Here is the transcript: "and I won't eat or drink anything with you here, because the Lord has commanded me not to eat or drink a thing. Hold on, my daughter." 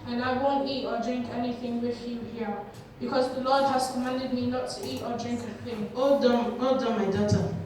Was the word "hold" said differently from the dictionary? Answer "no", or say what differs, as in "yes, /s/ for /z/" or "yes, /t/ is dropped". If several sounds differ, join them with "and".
yes, /l/ is dropped